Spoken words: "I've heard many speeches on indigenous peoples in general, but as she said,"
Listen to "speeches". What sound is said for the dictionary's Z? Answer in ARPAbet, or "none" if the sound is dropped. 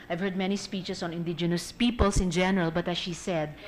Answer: S